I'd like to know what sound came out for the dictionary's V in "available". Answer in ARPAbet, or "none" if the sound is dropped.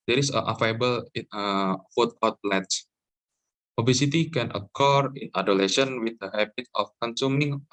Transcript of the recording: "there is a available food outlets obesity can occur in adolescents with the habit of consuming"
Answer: F